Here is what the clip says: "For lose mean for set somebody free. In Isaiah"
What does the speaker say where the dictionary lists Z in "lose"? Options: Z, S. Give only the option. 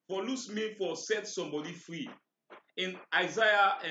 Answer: S